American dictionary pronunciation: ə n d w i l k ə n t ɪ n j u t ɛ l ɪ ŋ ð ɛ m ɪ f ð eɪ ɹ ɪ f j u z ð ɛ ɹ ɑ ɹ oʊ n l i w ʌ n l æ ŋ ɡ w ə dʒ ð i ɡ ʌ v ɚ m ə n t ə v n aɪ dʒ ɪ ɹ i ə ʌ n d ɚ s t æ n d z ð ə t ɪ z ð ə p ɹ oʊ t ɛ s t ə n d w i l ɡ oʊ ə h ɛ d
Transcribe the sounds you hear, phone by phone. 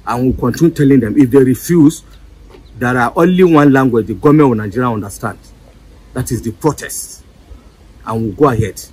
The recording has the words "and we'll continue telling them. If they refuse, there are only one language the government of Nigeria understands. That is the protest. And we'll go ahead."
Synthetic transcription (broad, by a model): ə n w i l k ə n t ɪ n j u t ɛ l ɪ ŋ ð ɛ m ɪ f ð eɪ ɹ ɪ f j u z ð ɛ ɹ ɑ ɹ oʊ n l i w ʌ n l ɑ ŋ ɡ w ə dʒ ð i ɡ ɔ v m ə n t n aɪ dʒ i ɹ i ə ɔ n d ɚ s t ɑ n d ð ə t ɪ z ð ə p ɹ oʊ t ɛ s t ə n w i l ɡ oʊ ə h ɛ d